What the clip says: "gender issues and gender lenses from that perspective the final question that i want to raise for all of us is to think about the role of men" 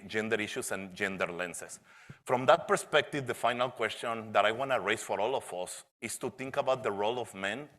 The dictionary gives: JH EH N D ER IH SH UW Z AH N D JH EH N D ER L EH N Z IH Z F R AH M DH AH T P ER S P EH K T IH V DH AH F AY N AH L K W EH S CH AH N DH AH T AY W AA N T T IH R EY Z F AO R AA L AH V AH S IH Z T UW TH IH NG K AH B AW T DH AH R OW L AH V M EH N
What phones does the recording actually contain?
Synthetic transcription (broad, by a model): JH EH N D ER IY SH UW S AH N JH EH N D ER L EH N S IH S F R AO M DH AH T P ER S P EH K T IH V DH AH F AY N AH L K W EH S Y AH N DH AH T AY W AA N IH R EY S F AO R AA L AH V AH S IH S T UW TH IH NG K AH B AW T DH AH R OW L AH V M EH N